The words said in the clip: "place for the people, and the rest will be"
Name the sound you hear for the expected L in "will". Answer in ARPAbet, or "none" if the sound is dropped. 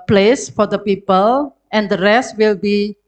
L